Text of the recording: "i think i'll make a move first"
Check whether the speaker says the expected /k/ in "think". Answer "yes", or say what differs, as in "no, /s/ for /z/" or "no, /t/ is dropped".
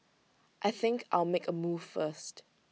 yes